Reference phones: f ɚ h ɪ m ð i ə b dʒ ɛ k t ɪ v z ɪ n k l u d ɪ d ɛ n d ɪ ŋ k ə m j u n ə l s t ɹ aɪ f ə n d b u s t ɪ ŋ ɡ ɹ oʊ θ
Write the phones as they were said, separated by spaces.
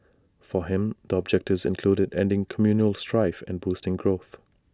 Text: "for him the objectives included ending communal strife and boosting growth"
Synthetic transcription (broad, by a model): f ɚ h ɪ m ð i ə b dʒ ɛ k t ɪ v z ɪ n k l u d ɪ d ɛ n d ɪ ŋ k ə m j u n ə l s t ɹ aɪ f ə n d b u s t ɪ ŋ ɡ ɹ oʊ θ